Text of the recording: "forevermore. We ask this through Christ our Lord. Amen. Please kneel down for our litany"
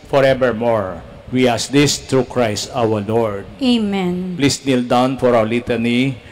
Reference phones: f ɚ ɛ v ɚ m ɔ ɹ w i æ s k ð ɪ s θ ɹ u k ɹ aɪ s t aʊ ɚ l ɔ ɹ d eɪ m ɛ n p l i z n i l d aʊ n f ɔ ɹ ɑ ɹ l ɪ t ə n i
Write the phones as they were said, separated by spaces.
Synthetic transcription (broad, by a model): f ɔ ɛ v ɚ m ɔ ɹ w i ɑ s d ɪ s t ɹ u k ɹ aɪ s t aʊ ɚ l ɔ ɹ d eɪ m ɛ n p l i s n i l d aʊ n f ɔ ɹ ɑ w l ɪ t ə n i